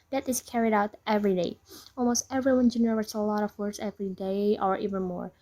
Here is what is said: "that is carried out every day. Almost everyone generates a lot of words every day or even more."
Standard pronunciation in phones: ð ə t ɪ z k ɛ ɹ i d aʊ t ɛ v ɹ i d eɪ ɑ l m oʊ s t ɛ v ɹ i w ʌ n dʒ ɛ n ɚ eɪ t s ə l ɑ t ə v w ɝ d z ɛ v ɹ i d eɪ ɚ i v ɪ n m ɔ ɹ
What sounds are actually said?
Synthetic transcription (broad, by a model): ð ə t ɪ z k ɛ ɹ i d aʊ t ɛ v ɹ i d eɪ ɑ l m oʊ s t ɛ v ɹ i w ʌ n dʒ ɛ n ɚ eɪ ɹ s ə l ɑ t ə v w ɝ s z ɛ v ɹ i d eɪ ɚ i v ɪ n m ɔ ɹ